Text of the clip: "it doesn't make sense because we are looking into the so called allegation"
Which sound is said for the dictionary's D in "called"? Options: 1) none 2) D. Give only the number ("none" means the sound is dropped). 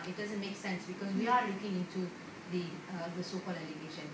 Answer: 1